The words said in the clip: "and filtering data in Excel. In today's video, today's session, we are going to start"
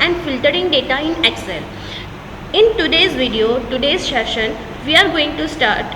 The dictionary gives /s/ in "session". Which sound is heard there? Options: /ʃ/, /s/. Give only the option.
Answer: /ʃ/